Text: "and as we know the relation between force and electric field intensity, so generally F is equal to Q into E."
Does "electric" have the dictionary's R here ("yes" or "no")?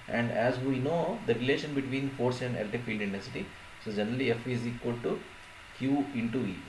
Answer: no